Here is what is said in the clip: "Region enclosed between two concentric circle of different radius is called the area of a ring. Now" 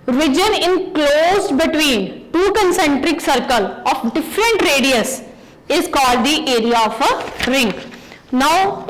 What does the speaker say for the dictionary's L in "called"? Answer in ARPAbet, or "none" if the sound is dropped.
L